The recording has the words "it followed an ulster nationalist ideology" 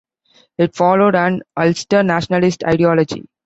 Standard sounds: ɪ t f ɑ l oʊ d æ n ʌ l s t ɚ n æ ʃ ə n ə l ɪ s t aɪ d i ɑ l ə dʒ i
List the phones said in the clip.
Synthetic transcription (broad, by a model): ɪ t f ɑ l oʊ d æ n ʌ l s t ɚ n æ ʃ ə n ə l ɪ s t aɪ d i ɑ l ə dʒ i